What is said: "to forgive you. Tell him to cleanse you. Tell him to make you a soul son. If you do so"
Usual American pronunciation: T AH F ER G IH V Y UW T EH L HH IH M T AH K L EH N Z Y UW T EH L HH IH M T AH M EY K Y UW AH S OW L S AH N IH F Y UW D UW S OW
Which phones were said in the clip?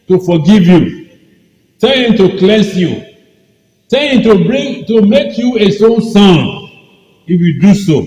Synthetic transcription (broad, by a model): T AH F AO G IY V Y UW T EH L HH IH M T AH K L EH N S Y UW T EH L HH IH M T AH M EY K Y UW AH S OW N S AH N IH F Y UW D UW S OW